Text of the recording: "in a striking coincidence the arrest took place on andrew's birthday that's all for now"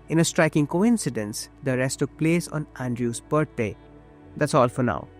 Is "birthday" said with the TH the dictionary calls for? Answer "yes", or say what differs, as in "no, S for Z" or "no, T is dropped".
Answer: no, T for TH